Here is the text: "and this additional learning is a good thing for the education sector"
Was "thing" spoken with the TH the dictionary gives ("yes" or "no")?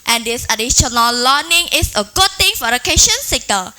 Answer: no